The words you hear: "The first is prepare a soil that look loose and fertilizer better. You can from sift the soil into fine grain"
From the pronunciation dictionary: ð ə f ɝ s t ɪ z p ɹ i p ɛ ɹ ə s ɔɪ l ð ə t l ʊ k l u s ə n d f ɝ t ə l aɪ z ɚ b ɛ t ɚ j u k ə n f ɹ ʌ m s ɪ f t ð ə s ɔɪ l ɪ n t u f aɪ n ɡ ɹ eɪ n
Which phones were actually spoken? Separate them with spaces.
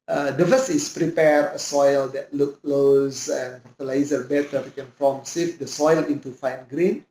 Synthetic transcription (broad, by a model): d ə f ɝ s ɪ s p ɹ i p ɛ ɹ ə s ɔɪ l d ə t l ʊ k l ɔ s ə n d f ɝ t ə l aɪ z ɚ b ɛ t ɚ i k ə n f ɹ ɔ m s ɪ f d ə s ɔɪ l ɪ n t u f aɪ n ɡ ɹ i n